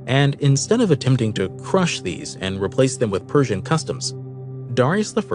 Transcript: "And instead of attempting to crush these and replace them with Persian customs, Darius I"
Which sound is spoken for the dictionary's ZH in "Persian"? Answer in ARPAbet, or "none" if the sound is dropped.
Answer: ZH